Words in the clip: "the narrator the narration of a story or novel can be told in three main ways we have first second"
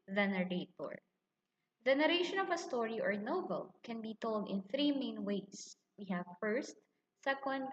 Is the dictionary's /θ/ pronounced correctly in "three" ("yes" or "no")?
yes